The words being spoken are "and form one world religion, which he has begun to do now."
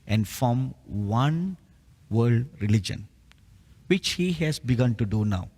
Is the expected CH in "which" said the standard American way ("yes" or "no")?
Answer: yes